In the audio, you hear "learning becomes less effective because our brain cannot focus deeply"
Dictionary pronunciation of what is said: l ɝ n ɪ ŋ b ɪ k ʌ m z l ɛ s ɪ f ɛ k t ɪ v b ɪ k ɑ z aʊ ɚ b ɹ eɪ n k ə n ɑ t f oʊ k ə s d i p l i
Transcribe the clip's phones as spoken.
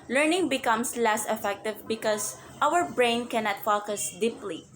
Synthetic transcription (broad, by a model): l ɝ n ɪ ŋ b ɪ k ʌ m s l ɛ s ɪ f ɛ k t ɪ v b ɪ k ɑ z aʊ ɚ b ɹ eɪ n k ə n ɑ t f oʊ k ə s d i p l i